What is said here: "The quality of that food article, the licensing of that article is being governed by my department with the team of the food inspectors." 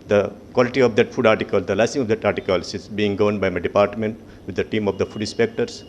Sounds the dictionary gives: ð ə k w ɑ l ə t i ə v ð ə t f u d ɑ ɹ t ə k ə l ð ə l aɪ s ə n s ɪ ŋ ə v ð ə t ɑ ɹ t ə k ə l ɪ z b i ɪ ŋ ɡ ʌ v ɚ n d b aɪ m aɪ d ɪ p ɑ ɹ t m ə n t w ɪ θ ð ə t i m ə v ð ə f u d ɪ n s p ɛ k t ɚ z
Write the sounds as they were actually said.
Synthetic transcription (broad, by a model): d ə k w ɑ l ə t i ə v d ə t f u d ɑ ɹ t ə k ə l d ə l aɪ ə s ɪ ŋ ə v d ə t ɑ ɹ t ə k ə l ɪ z b i ɪ ŋ ɡ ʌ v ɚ n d b aɪ m aɪ d ɪ p ɑ ɹ t m ə n t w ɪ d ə t i m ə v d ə f u d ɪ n s p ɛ k t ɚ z